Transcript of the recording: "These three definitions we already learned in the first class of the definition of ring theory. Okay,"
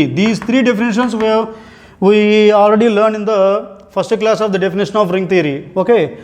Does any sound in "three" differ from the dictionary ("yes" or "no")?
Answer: yes